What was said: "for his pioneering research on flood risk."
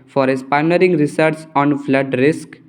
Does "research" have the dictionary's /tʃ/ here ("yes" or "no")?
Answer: no